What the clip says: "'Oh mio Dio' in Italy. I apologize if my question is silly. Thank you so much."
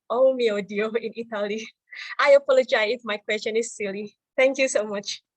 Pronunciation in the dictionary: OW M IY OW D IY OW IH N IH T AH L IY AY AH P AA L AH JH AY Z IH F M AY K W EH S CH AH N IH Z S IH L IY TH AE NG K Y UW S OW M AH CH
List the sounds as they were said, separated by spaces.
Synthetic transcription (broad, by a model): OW M IY OW D IY OW IH N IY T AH L IY AY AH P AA L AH JH AY IH F M AY K W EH S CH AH N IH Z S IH L IY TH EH NG K Y UW S OW M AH CH